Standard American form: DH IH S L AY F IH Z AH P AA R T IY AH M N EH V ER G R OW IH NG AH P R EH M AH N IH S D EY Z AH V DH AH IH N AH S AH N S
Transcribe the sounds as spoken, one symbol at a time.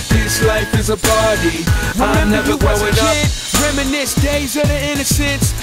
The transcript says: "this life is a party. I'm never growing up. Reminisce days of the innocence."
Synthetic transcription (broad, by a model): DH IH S L AY F IH Z AH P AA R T IY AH M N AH ER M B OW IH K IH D R EH M AH N IH S D EY Z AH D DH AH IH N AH S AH N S